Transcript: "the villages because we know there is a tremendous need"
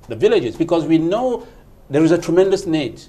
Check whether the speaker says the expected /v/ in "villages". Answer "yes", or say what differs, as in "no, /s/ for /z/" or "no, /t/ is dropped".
yes